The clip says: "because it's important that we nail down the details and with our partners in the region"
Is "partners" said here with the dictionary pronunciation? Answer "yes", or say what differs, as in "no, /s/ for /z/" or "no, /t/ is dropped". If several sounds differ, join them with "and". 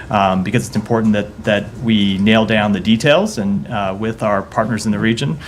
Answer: yes